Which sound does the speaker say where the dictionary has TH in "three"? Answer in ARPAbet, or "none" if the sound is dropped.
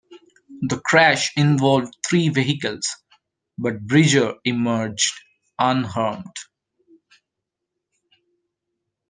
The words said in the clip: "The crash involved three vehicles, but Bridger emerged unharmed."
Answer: T